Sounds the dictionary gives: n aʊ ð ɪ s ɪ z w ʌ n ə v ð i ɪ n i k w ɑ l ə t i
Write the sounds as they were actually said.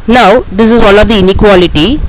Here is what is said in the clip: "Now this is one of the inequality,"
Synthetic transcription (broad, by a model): n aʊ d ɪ s ɪ z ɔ l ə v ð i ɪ n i k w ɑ l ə t i